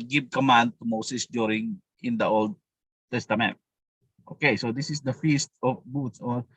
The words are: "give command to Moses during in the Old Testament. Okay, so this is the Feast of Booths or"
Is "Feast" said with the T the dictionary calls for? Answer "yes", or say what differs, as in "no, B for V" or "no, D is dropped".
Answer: yes